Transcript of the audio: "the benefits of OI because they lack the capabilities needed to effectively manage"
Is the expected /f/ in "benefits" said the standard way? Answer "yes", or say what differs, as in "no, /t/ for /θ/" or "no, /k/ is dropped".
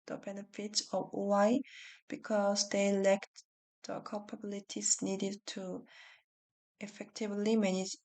yes